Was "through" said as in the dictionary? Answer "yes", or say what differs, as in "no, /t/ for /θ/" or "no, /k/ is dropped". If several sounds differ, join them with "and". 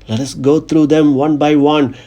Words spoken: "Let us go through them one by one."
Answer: no, /t/ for /θ/